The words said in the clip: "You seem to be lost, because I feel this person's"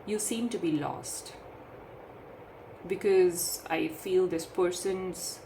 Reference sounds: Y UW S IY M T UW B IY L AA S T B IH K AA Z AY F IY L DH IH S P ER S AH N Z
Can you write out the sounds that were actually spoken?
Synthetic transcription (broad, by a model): Y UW S IY M T UW B IY L AA S T B IH K AA Z AY F IY L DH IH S P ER S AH N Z